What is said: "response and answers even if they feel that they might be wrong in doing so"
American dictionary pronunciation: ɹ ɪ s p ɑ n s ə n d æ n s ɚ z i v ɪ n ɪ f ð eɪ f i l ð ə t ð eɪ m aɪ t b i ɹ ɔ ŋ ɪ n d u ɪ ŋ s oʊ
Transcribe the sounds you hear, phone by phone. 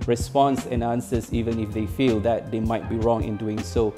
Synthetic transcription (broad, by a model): ɹ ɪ s p ɑ n s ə n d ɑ n s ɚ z i v ɪ n ɪ f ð eɪ f i l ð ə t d eɪ m aɪ t b i ɹ ɔ ŋ ɪ n d u ɪ ŋ s oʊ